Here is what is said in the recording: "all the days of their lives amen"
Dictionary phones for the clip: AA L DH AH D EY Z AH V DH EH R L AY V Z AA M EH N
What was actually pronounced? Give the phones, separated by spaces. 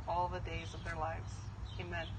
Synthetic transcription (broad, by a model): AA L DH AH D EY Z AH V DH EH R L AY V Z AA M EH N